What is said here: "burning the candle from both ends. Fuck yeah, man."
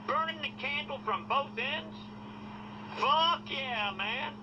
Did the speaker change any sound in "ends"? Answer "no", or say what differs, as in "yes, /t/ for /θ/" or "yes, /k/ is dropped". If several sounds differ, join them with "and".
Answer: no